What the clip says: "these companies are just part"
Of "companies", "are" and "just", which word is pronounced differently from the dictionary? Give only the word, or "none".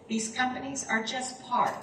none